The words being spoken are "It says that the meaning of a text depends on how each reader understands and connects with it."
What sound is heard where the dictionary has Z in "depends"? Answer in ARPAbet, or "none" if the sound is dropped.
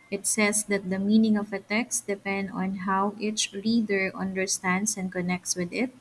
none